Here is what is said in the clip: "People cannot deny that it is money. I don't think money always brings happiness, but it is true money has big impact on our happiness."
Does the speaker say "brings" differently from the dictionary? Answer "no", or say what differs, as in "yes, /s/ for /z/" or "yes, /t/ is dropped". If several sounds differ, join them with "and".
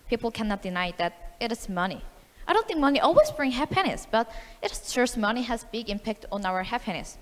yes, /z/ is dropped